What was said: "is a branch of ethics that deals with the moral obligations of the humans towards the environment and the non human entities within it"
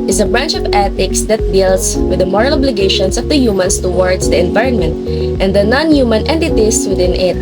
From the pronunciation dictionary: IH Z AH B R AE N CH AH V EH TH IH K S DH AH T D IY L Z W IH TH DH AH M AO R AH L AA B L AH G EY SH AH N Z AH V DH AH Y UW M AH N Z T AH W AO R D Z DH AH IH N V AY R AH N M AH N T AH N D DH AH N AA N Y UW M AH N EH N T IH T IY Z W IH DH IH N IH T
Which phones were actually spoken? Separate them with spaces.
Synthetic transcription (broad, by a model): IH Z AH B R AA N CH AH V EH T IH K S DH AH T D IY L S W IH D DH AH M AO R AH L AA B L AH G EY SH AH N S AH V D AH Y UW M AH N S T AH W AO R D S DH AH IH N V AY R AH N M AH N T AH N D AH N AA N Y UW M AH N EH N T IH T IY S W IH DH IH N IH T